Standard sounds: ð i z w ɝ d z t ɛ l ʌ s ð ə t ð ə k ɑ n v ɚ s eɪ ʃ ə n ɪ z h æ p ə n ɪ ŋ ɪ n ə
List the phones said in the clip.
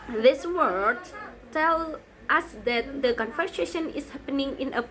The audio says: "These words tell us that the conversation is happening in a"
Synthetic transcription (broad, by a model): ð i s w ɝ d t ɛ l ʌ s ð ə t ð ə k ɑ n f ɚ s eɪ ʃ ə n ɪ s h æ p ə n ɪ ŋ ɪ n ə